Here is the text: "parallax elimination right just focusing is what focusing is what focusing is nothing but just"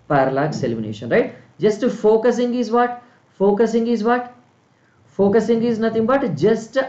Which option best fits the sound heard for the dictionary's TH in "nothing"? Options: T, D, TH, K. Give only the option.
T